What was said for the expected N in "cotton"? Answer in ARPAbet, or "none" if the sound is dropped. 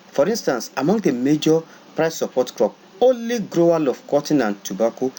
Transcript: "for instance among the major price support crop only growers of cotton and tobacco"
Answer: N